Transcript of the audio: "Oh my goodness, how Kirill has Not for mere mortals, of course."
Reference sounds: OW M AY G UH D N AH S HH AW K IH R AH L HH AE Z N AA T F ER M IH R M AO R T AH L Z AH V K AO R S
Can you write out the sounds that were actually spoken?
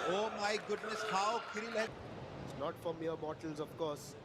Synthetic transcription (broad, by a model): OW M AY G UH D N AH S HH AW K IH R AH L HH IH S N AA T F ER M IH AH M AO T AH L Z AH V K AO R S